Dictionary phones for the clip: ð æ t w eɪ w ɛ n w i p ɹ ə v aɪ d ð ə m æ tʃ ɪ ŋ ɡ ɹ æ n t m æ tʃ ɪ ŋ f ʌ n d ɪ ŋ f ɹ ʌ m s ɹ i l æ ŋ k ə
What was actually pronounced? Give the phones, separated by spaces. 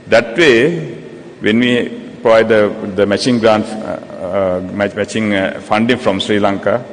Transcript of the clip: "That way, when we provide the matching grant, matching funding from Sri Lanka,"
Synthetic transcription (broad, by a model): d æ t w eɪ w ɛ n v i p ɹ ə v aɪ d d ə m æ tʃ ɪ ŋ ɡ ɹ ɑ n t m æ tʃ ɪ ŋ f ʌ n d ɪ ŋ f ɹ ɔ m s ɹ i l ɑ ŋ k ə